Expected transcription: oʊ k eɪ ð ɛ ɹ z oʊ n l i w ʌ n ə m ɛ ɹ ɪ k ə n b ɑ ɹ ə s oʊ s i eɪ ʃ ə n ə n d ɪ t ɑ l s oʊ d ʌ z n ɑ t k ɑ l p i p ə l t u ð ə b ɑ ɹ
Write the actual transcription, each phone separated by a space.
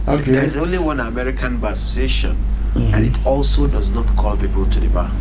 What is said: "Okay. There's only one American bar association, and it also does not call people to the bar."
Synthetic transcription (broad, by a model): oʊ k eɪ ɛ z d oʊ n l i w ʌ n ə m ɛ ɹ ɪ k ə n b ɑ s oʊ s i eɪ ʃ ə n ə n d ɪ t ɑ l s oʊ d ʌ z n ɑ t k ɑ l p i p ə l t u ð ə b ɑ